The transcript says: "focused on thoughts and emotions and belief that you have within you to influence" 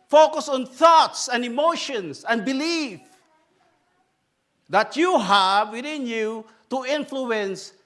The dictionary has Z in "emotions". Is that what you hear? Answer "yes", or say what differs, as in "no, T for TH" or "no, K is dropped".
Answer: no, S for Z